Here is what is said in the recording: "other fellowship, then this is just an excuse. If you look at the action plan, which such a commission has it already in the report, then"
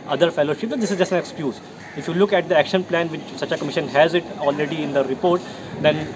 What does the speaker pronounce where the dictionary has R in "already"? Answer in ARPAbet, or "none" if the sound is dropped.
R